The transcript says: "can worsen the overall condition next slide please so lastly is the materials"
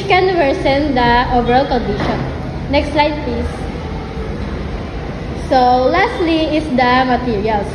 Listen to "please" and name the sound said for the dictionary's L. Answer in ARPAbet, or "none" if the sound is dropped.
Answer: none